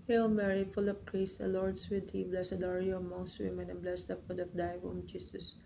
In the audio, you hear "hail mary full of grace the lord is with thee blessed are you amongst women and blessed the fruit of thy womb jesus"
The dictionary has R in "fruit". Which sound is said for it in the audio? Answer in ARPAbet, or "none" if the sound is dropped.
none